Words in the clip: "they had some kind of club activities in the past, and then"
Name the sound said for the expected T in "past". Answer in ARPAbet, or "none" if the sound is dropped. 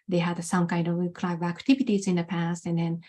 T